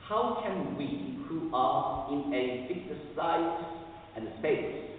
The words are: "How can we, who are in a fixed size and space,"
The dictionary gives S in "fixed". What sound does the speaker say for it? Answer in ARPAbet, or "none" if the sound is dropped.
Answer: none